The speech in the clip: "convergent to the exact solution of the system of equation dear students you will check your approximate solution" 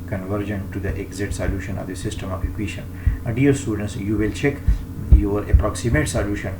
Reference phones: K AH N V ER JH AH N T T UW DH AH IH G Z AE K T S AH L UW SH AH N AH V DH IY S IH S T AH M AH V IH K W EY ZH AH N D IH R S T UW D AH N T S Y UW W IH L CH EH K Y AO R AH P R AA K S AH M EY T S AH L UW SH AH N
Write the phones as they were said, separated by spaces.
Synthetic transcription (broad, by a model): K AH N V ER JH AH N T T UW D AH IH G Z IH T S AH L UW SH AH N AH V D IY S IH S T AH M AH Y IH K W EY SH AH N D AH R S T UW D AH N S Y UW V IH L CH EH K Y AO R AH P R AA K S AH M EY T S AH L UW SH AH N